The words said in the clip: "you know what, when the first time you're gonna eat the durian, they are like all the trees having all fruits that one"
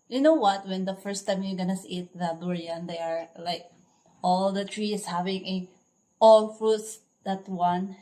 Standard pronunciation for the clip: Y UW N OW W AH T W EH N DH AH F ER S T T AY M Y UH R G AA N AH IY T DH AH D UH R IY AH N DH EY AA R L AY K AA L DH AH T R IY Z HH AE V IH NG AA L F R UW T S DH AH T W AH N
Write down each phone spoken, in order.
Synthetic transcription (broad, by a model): Y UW N OW W AH T W EH N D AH F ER S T T AY M Y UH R G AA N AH IY T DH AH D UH R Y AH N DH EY AA R L AY K AA L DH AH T R IY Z HH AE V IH NG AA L F R UW T S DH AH T W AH N